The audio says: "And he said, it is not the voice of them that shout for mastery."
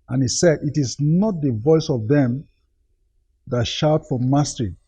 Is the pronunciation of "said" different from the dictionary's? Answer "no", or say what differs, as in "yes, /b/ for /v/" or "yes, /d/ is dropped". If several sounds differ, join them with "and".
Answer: no